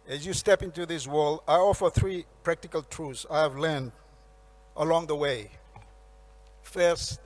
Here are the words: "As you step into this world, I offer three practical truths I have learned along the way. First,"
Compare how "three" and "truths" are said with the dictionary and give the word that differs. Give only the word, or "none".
truths